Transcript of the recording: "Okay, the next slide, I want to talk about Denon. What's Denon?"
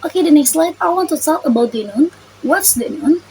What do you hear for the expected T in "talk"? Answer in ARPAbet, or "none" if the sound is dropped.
S